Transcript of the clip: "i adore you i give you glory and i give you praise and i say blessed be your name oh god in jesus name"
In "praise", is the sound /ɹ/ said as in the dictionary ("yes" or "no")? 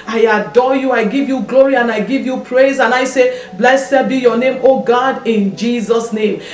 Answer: yes